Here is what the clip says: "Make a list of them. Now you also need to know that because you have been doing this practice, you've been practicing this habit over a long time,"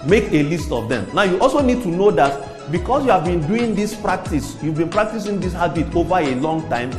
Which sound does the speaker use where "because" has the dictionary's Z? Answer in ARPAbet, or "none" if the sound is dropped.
S